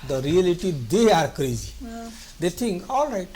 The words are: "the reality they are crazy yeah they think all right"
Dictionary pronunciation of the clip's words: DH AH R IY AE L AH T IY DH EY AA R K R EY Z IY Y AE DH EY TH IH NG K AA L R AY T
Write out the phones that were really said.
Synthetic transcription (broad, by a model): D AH R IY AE L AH T IY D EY AA R K R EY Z IY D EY T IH NG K AA L R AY T